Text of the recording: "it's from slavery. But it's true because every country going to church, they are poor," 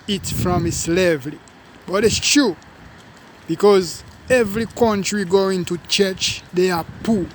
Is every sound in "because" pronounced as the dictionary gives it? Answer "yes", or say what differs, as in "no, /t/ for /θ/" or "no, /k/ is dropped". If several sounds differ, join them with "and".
yes